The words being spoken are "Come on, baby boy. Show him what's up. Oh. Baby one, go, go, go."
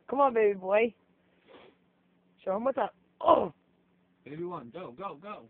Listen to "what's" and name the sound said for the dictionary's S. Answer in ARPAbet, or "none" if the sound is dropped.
none